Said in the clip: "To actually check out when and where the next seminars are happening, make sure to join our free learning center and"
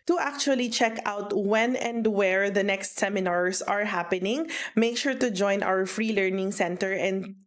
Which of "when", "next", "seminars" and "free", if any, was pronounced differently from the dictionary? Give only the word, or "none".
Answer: seminars